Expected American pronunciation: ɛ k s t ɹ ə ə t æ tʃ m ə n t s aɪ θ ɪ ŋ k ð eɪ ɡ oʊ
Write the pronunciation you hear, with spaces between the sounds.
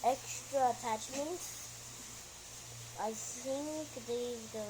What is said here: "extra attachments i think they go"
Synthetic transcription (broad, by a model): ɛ k s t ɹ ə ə t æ tʃ m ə n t aɪ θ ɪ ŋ k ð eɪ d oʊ